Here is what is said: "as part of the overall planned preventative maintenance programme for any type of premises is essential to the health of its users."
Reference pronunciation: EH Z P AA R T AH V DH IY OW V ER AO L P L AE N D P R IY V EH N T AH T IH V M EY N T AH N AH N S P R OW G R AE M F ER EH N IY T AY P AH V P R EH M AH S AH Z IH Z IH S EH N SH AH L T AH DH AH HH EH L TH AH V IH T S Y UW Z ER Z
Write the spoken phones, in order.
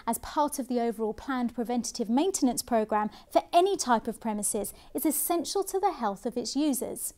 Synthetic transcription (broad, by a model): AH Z P AA T AH V DH IY OW V ER AO L P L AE N P R IY V EH N T AH T IH V M EY N T AH N AH N S P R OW G R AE M F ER EH N IY T AY P AH V P R EH M AH S AH Z IH Z IH S EH N SH AH L T AH DH AH HH EH L TH AH V IH T S Y UW Z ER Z